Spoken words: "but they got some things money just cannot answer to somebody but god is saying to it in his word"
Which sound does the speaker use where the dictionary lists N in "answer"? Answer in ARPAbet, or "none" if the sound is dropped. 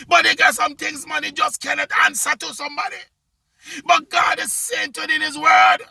N